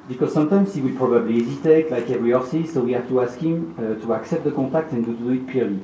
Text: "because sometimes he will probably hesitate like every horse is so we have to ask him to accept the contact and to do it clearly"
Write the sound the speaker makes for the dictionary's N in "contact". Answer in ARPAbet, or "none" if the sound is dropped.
none